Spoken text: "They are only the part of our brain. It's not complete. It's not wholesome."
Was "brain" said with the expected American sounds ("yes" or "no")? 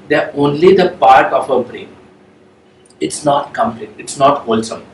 yes